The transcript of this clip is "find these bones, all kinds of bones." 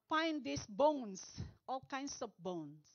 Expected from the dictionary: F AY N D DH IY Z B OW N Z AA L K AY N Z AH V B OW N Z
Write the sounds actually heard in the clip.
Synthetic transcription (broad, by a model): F AY N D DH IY S B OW N S AA L K AY N S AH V B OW N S